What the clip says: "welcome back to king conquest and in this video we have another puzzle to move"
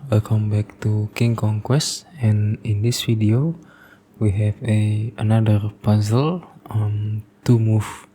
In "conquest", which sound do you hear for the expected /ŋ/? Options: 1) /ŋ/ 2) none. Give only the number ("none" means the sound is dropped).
1